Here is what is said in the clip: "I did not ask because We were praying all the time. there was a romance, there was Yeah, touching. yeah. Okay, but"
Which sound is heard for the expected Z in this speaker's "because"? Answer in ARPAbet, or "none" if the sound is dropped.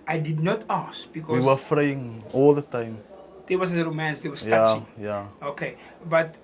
none